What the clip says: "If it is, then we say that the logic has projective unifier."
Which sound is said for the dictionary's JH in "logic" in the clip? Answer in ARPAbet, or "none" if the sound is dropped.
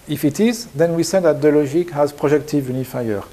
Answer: ZH